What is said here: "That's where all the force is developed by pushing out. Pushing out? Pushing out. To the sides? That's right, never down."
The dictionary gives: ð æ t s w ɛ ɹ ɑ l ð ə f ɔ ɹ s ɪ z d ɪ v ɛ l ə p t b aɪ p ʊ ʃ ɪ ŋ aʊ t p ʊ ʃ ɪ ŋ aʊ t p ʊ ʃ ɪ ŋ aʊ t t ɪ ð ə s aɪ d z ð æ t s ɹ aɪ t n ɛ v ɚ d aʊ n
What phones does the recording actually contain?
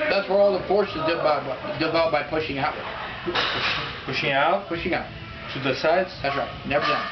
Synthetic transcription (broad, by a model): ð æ t s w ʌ ɹ ɑ l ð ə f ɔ ɹ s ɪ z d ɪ b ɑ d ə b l b aɪ p ʊ ʃ ɪ ŋ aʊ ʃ p ʊ ʃ ɪ ŋ aʊ t p ʊ ʃ ɪ ŋ aʊ t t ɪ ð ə s aɪ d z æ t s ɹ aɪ n ɛ v ɚ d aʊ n